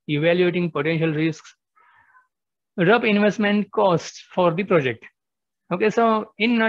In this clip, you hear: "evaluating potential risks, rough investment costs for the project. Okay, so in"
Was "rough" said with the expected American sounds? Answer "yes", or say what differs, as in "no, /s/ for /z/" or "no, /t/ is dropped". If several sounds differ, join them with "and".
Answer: no, /p/ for /f/